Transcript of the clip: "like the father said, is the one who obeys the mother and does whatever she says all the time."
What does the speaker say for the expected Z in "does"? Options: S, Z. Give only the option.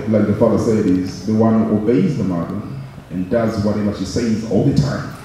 Z